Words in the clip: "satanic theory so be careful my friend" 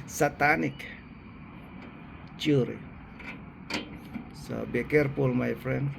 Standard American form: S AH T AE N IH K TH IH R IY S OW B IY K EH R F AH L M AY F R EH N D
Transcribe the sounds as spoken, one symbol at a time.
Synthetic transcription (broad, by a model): S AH T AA N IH K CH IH R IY S OW B IY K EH R P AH L M AY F R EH N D